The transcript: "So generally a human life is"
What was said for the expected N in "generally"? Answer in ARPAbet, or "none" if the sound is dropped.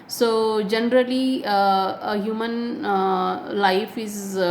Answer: N